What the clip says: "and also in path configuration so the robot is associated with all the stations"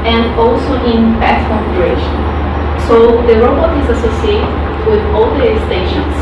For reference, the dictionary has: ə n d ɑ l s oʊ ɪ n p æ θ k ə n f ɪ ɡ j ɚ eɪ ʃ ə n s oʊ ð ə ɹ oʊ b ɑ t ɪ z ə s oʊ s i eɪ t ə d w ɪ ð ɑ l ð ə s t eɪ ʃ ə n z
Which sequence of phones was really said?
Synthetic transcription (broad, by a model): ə n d ɑ l s oʊ ɪ n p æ s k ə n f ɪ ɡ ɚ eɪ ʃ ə n s oʊ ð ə ɹ oʊ b ɑ t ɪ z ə s oʊ s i eɪ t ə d w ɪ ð ɑ l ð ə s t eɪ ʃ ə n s